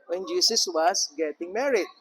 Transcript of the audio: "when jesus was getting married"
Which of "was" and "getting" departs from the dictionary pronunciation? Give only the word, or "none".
was